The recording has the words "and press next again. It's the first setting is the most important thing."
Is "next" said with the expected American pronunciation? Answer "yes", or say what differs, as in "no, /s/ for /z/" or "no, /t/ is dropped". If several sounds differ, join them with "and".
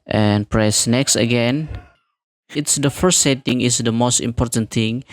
yes